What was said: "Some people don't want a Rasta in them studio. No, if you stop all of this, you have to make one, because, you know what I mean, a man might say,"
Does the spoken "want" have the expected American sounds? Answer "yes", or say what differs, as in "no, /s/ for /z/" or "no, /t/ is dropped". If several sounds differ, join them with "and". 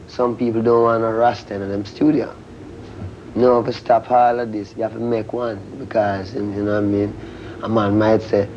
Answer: no, /t/ is dropped